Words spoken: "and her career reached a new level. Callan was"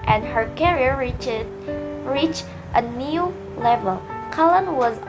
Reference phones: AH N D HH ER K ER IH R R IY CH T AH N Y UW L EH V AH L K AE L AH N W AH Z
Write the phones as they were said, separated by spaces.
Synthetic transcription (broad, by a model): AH N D HH ER K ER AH R R IY CH T AH N Y UW L EH V AH L K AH L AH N W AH Z